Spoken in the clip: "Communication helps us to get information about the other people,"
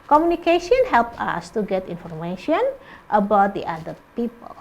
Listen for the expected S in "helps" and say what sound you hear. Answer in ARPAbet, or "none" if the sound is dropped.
none